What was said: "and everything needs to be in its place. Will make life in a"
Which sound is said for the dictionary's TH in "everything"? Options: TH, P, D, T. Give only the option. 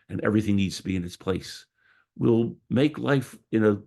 TH